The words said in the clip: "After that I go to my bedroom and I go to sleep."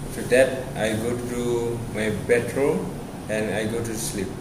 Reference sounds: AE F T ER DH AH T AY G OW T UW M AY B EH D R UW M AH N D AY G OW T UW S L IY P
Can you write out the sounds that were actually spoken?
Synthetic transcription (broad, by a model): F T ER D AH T AY G OW T UW M AY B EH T R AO AH N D AY G OW T UW S L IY P